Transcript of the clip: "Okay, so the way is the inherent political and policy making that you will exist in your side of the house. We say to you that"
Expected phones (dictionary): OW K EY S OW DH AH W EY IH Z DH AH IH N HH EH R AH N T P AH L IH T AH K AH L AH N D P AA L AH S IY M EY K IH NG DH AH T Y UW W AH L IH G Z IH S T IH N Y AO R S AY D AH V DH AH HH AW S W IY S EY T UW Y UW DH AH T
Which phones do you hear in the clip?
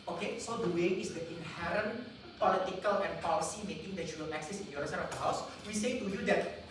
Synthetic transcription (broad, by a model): OW K EY S OW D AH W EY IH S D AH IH N HH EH R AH N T P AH L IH T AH K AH L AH N P AA L AH S IY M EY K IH NG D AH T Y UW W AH L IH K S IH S IH N Y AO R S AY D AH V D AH HH AW S W IY S EY T UW Y UW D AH T